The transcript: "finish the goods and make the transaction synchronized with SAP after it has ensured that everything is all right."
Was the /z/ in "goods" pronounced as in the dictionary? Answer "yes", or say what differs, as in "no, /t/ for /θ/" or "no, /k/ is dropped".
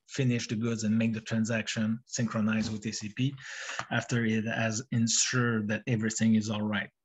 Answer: yes